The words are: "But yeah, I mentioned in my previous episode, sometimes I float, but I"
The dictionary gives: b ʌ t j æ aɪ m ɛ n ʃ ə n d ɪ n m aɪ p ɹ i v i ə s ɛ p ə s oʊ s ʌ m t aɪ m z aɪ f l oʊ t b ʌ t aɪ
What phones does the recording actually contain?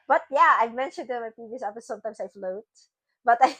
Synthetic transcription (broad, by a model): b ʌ t j æ aɪ m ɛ n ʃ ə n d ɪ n m aɪ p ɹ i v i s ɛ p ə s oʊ s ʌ m t aɪ m s aɪ f l oʊ t b ʌ t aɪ